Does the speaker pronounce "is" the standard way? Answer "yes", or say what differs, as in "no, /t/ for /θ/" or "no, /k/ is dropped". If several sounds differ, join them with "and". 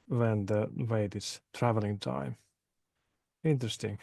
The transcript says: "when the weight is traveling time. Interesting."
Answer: no, /s/ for /z/